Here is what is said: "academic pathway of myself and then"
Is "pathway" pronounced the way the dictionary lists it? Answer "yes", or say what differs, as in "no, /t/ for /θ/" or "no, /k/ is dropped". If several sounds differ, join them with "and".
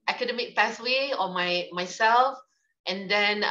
no, /s/ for /θ/